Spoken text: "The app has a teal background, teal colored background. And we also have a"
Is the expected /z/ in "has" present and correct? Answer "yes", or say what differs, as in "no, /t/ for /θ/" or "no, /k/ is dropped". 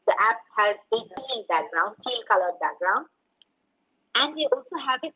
yes